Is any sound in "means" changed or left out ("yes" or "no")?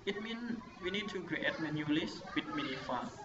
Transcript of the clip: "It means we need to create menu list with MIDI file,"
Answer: yes